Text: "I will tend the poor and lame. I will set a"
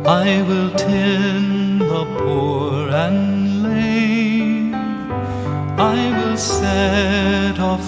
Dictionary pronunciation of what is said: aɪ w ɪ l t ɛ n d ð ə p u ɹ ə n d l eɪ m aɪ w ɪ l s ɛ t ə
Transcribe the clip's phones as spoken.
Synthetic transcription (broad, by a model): aɪ w ɪ l t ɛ n ð ə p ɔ ɹ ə n l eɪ aɪ w ɪ l s ɛ t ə